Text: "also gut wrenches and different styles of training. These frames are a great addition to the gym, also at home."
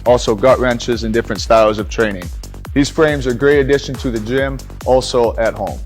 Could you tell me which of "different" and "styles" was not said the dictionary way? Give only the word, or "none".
none